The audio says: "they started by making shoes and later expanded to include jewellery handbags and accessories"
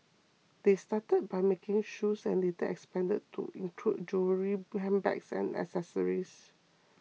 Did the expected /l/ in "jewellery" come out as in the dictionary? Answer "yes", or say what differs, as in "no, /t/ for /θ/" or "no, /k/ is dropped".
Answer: no, /l/ is dropped